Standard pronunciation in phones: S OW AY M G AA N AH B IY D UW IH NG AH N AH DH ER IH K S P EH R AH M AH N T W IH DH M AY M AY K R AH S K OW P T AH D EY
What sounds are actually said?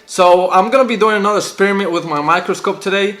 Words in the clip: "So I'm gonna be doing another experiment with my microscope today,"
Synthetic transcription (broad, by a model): S OW AY M G AA N AH B IY D UW IH NG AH N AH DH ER IH K S P EH R AH M AH N T W IH DH M AY M AY K R AH S K OW P T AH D EY